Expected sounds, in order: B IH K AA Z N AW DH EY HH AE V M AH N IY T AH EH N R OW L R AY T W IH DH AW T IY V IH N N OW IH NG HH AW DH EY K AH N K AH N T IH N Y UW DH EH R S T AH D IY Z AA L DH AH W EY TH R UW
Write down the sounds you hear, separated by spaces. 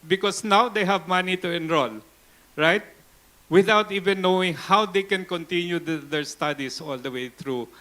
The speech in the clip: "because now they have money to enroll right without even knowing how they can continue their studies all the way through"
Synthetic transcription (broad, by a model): B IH K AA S N AW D EY HH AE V M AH N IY T AH EH N R OW L R AY T W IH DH AW T IY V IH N N OW IH NG HH AW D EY K AH N K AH N T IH N Y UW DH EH R S T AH D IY S AA L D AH W EY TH R UW